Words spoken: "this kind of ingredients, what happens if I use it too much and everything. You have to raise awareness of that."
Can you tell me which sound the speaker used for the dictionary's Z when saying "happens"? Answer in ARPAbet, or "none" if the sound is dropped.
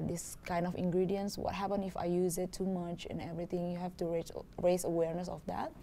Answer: none